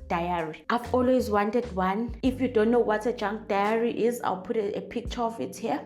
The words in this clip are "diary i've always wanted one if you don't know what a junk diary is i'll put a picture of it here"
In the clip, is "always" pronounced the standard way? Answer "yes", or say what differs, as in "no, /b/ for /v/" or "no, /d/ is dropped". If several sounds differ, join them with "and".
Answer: yes